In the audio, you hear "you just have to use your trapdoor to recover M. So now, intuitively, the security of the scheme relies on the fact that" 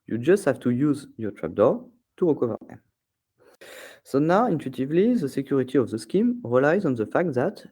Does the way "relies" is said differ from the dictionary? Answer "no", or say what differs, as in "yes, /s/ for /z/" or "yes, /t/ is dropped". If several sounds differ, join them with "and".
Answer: no